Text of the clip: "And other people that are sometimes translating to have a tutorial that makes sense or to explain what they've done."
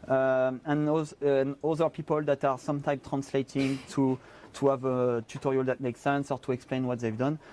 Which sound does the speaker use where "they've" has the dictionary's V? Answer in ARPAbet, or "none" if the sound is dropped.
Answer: V